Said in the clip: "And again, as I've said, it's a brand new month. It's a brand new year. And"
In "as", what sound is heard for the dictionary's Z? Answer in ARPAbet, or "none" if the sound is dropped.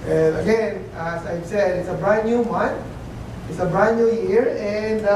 S